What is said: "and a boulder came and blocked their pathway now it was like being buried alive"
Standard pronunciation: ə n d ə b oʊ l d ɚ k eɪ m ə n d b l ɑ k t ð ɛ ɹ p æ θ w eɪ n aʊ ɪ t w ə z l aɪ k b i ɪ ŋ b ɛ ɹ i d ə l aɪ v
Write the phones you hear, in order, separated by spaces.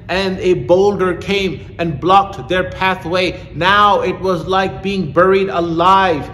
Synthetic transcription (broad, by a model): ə n ə b oʊ l d ɚ k eɪ m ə n b l ɑ k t ð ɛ ɹ p æ θ w eɪ n aʊ ɪ t w ə z l aɪ k b i ɪ ŋ b ɛ ɹ i d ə l aɪ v